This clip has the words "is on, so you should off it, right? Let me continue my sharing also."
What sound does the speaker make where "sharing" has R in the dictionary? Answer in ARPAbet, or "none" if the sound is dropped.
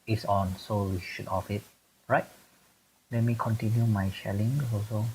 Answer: L